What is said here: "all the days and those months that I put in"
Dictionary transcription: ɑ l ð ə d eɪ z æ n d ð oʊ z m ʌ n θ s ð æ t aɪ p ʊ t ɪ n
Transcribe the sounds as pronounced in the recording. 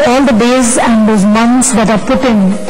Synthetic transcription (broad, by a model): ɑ l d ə d eɪ z æ n d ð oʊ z m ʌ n t s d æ t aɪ p ʊ t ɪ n